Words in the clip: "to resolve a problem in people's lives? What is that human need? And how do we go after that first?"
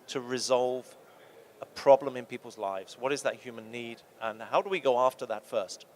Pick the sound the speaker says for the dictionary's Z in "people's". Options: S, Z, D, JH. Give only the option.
Z